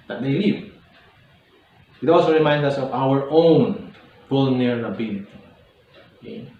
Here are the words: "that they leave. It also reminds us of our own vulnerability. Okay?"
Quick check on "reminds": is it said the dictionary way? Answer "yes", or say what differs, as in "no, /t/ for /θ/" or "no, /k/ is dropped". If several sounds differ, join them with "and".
no, /z/ is dropped